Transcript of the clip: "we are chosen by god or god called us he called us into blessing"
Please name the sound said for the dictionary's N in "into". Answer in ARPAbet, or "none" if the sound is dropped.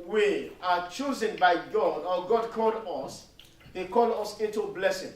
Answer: none